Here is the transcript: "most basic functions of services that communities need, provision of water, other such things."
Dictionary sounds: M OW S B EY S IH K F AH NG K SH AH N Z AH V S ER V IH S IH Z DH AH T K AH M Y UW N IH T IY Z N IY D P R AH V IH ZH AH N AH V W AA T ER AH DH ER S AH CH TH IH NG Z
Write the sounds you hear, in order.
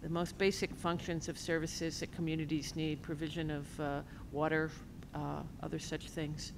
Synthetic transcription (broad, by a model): M OW S B EY S IH K F AH NG K SH AH N Z AH V S ER V IH S IH Z DH AH T K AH M Y UW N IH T IY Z N IY D P R AH V IH ZH AH N AH V W AA T ER AH DH ER S AH CH TH IH NG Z